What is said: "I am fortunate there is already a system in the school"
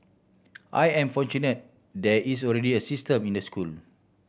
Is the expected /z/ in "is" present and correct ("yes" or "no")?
no